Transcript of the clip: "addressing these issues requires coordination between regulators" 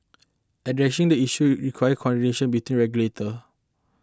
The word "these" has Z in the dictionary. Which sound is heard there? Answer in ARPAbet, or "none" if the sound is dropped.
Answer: none